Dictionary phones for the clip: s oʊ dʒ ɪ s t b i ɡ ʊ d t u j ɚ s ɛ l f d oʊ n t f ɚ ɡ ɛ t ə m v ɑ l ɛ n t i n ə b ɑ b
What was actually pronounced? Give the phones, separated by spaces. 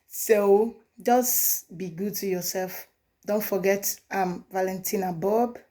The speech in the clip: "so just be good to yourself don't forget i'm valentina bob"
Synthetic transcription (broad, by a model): s oʊ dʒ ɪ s b i ɡ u d t u j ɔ s ɛ l f d oʊ n t f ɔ ɡ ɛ t ə m v ɑ l ɛ n t i n ə b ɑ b